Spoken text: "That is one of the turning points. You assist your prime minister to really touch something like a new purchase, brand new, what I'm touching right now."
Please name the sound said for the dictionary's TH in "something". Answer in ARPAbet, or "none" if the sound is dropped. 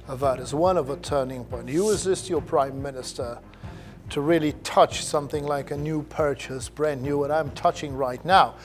TH